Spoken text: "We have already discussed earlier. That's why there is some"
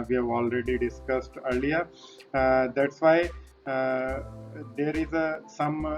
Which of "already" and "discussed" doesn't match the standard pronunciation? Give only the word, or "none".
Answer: none